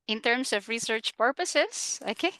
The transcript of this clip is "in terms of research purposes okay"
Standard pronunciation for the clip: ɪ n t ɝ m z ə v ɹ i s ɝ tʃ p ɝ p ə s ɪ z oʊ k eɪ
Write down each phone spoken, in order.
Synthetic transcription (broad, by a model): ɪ n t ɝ m s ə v ɹ i s ɝ tʃ p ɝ p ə s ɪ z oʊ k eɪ